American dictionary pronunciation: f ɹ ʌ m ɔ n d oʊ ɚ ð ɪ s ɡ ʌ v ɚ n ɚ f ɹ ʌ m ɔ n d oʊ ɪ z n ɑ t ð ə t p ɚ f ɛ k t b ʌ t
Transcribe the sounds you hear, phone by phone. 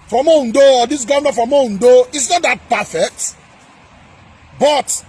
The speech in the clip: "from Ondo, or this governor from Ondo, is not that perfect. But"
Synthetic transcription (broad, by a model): f ɹ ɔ m ɔ n d oʊ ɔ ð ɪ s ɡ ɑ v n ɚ f ɹ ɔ m ɔ n d oʊ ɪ s n ɑ t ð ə t p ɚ f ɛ k t b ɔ t